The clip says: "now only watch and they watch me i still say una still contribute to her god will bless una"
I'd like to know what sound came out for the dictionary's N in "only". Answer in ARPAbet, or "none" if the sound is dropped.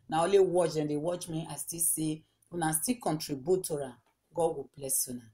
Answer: none